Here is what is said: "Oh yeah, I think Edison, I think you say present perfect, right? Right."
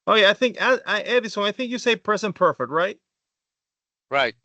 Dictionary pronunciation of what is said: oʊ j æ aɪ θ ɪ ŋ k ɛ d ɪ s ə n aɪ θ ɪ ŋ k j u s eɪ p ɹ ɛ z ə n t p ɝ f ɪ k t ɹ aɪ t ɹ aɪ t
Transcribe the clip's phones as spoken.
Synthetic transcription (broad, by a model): oʊ j æ aɪ θ ɪ ŋ k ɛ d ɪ s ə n aɪ θ ɪ ŋ k j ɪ s eɪ p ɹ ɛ s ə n p ɝ f ɪ k t ɹ aɪ t ɹ aɪ t